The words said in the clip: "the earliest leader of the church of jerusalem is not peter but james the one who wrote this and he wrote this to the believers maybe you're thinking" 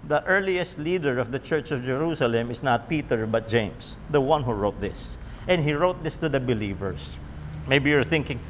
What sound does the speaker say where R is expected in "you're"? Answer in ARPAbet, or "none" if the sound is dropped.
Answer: R